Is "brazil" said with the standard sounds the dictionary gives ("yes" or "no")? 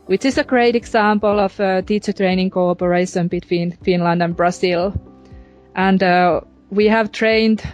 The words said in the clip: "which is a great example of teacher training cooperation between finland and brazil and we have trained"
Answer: no